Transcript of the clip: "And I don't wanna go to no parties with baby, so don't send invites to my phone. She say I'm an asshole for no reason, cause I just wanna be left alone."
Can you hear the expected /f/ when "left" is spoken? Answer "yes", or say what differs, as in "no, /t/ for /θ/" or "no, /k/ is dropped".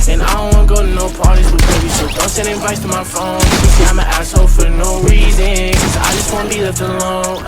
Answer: no, /f/ is dropped